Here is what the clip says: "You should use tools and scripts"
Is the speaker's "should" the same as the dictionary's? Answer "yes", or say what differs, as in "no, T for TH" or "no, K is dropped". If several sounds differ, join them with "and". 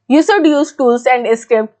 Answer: no, S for SH